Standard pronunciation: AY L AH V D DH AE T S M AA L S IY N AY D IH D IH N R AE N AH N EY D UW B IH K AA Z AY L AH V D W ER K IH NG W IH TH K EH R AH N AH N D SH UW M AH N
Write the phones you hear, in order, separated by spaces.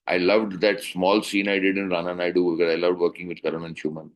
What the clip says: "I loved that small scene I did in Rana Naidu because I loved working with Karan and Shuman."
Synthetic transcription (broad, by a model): AY L AH V D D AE T S M AA L S IY N AY D IH D IH N R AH N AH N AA D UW B IH K AA Z AY L AH V D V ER K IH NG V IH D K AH R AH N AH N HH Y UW M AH N